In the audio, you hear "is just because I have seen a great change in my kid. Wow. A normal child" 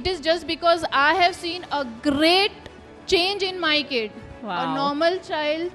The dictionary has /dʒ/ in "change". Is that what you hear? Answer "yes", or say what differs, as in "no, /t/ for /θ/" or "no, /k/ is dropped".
yes